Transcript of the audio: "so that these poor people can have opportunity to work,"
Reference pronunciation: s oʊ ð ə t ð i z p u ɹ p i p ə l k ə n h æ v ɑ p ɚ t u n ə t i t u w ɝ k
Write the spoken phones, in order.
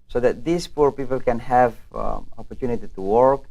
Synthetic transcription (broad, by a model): s oʊ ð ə t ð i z p u ɹ p i p ə l k ə n h æ v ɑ p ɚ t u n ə t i t u w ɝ k